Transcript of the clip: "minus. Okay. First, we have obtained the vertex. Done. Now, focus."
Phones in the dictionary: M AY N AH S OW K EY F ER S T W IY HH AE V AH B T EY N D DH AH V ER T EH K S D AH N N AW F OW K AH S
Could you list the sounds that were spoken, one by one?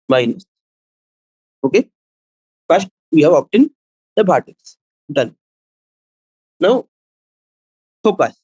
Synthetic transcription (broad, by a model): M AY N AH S OW K EY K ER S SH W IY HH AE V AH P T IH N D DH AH P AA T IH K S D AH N N AW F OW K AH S